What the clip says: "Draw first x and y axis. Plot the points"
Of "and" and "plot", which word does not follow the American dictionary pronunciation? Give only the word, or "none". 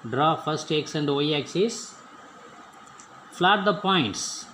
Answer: plot